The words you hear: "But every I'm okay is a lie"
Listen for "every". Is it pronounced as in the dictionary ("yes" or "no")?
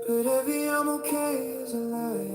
no